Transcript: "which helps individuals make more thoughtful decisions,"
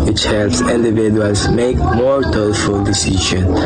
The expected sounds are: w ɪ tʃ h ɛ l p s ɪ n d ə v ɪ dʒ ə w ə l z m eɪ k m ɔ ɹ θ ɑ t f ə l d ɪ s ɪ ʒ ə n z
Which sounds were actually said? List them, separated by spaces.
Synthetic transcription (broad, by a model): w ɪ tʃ h ɛ l p s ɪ n d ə v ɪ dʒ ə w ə l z m eɪ k m ɔ ɹ t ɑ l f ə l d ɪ s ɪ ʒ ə n